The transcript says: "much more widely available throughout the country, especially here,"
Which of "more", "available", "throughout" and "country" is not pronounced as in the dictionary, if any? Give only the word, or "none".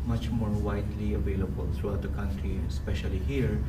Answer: throughout